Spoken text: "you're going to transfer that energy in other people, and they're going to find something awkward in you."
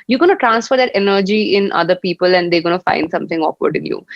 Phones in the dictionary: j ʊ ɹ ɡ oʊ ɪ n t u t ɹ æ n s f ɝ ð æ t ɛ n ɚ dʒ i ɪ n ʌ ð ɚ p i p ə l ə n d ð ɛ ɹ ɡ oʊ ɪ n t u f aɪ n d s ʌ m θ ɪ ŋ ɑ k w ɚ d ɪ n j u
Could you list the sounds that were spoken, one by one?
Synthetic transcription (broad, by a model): j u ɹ ɡ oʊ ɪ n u t ɹ æ n s f ɝ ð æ t ɛ n ɚ dʒ i ɪ n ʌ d ɚ p i p ə l ə n d ɛ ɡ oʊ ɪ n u f aɪ n d s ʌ m t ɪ ŋ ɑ k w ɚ d ɪ n j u